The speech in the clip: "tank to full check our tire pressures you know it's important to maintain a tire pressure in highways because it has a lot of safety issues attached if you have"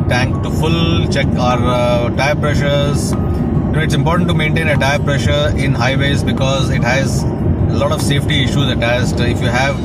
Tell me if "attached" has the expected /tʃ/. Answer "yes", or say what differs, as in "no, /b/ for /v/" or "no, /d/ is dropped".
no, /s/ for /tʃ/